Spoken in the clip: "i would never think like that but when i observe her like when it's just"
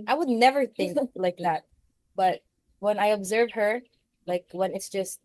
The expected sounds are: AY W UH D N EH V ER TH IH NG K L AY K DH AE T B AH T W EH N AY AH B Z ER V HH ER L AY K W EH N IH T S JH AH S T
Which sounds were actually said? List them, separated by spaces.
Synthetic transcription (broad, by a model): AY W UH D N EH V ER TH IH NG K L AY K DH AE T B AH T W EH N AY AH B Z ER V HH ER L AY K W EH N IH T S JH AH S T